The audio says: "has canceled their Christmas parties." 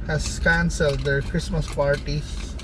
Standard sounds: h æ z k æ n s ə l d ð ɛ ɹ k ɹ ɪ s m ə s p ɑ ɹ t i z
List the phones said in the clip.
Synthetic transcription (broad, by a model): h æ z k æ n s ə l d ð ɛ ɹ k ɹ ɪ s m ə s p ɑ ɹ t i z